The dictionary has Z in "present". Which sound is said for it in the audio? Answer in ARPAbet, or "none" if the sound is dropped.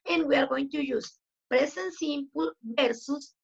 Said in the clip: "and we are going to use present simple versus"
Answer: S